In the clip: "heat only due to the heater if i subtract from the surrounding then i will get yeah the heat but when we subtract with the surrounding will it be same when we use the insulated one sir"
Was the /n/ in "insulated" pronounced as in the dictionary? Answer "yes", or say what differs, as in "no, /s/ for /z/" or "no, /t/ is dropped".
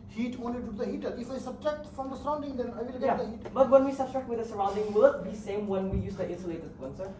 no, /n/ is dropped